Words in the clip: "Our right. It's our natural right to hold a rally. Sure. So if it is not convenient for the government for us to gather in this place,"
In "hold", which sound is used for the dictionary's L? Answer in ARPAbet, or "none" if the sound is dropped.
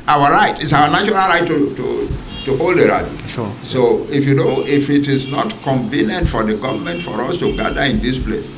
L